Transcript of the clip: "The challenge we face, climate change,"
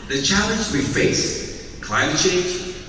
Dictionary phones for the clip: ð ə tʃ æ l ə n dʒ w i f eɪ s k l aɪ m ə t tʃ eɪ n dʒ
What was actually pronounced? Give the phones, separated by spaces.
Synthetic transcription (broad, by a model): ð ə tʃ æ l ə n z w i f eɪ s k l aɪ m ə t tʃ eɪ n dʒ